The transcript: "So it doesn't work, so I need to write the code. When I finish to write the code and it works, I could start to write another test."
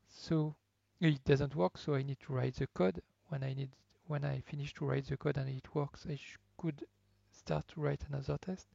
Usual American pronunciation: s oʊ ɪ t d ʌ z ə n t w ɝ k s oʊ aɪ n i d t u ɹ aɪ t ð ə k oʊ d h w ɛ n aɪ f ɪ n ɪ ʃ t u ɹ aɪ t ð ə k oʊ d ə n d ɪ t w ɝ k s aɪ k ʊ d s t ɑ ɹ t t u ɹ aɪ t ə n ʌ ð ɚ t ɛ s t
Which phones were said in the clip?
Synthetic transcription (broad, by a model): s oʊ ɪ t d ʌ z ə n t w ɝ k s oʊ aɪ n i d t u ɹ aɪ t ð ə k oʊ d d w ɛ n aɪ f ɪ n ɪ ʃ t u ɹ aɪ t ð ə k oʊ d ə n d ɪ t w ɝ k s aɪ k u d s t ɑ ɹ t t u ɹ aɪ t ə n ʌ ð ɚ t ɛ s t